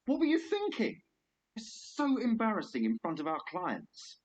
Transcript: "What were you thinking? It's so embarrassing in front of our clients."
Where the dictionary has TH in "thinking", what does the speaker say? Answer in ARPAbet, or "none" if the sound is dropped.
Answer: TH